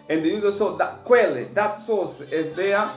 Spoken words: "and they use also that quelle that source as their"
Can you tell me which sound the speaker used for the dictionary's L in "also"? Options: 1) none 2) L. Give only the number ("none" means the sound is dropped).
1